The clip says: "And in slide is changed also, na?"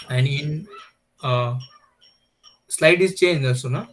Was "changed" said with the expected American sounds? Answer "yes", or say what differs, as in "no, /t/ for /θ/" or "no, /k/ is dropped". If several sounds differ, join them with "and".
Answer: no, /d/ is dropped